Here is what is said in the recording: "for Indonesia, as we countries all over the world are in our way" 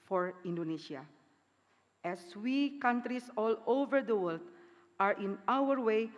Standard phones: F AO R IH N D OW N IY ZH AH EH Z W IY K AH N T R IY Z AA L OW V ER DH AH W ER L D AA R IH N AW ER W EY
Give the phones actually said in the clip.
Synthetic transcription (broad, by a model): F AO R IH N D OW N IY SH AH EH S W IY K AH N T R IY S AA L OW V ER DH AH W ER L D AA R IH N AW ER W EY